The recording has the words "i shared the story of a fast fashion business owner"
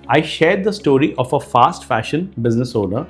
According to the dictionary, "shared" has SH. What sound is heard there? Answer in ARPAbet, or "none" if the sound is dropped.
SH